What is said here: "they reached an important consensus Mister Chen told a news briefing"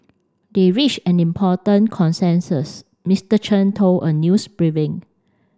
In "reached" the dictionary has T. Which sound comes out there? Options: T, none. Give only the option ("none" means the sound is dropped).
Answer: none